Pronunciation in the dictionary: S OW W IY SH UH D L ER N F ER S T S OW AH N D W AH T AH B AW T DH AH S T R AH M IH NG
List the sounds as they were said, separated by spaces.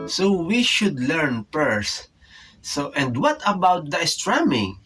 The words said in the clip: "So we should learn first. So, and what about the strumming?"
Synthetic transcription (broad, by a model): S OW W IY SH UH D L ER N P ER S T AH N D W AH T AH B AW T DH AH S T R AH M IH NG